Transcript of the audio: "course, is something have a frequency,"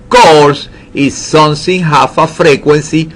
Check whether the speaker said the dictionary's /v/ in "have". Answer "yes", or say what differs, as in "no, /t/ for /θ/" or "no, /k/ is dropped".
no, /f/ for /v/